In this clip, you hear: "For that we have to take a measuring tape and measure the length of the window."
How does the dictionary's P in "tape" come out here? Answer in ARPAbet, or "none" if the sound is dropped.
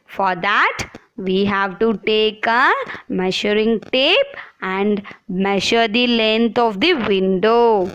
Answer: P